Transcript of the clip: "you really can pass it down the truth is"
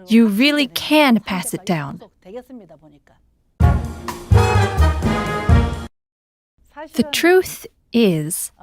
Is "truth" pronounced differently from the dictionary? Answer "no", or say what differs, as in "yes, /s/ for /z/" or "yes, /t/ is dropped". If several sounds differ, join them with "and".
no